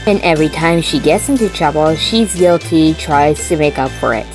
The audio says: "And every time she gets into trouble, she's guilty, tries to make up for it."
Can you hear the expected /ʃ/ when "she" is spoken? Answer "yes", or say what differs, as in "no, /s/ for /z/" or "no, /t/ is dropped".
yes